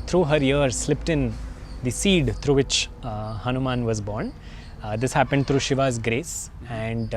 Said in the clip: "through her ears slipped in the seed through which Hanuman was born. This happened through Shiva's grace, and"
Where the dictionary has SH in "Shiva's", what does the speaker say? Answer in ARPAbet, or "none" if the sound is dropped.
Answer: SH